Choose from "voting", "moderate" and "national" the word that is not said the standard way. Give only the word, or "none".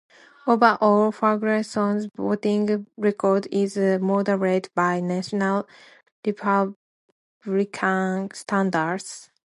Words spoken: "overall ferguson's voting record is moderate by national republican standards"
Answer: voting